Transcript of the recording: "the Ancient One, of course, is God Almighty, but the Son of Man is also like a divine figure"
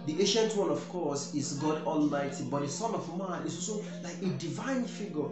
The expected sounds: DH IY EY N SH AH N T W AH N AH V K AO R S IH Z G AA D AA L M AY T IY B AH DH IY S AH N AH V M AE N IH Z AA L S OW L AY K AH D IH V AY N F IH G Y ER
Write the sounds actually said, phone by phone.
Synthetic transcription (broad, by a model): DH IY EY SH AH N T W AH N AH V K AO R S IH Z G AA D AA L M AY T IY B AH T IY S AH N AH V M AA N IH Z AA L S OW L AY K AH D IH V AY N F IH G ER